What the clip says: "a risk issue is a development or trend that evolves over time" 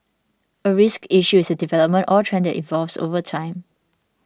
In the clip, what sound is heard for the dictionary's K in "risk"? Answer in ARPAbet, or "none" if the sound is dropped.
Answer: K